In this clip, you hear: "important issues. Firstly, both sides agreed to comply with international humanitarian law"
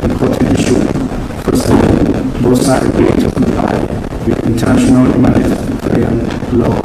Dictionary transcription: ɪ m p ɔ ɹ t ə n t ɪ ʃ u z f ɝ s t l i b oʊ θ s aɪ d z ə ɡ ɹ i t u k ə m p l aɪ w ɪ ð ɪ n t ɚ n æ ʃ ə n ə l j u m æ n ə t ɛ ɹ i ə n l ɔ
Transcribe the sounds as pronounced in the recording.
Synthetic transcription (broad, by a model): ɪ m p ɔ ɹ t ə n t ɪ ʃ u f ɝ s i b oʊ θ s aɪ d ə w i t u k ə m p l aɪ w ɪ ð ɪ n t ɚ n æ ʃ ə n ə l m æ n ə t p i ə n l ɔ